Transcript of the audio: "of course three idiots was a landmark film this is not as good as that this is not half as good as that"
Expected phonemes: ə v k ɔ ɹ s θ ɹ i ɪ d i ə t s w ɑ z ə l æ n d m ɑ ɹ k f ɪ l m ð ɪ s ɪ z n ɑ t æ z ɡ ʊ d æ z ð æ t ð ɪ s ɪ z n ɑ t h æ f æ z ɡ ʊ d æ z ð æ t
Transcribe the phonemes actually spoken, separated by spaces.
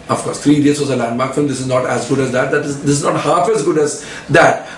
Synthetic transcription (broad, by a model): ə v k ɔ ɹ s t ɹ i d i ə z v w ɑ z ə l æ n d m ɑ ɹ k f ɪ m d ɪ s ɪ z n ɑ t æ z ɡ ʊ d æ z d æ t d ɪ s ɪ z n ɑ t h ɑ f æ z ɡ ʊ d æ z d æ t